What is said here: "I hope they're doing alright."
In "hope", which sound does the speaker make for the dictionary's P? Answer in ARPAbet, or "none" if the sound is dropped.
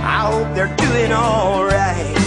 P